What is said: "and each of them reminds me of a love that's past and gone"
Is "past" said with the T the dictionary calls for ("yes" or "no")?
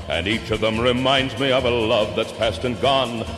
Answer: yes